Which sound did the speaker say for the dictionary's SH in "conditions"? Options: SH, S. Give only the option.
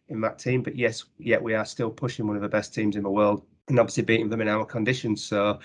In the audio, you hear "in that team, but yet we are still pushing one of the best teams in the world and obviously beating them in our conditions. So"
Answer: SH